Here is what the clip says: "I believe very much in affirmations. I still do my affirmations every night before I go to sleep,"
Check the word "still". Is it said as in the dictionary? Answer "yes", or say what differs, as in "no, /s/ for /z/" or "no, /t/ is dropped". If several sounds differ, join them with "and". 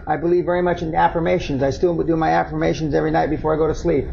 no, /w/ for /l/